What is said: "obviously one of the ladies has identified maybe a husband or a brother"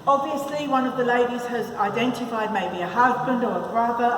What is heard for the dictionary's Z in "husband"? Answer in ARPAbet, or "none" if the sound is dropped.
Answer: Z